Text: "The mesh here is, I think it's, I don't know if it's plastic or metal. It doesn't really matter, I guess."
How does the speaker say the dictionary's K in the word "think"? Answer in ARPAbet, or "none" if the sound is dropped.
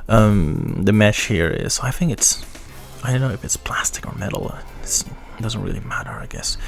K